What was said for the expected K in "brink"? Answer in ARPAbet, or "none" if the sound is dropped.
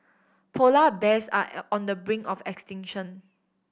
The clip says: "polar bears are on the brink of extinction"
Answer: none